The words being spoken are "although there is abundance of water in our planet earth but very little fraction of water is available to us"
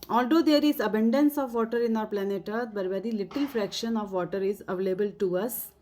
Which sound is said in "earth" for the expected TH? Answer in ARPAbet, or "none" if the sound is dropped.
T